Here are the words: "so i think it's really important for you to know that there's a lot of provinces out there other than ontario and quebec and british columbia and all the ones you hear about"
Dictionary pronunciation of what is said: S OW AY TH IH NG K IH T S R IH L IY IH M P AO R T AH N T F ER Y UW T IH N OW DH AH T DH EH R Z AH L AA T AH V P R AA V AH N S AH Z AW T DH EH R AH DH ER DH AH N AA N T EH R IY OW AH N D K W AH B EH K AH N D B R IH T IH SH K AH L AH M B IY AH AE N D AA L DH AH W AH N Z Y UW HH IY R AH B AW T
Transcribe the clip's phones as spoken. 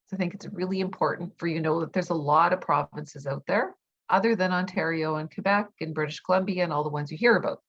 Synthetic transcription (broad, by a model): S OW AY TH IH NG K IH T S R IH L IY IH M P AO R T N T F ER Y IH N OW DH AH T DH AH R Z AH L AA T AH V P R AA V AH N S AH Z AW T DH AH R AH DH ER DH AH N AA N T EH R IY OW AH N K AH B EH K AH N B R IH T IH SH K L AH M B IY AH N AA L DH AH W AH N Z Y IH HH IY R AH B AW T